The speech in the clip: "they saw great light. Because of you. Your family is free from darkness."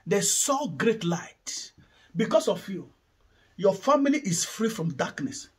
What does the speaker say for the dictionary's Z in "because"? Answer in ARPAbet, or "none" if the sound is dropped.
S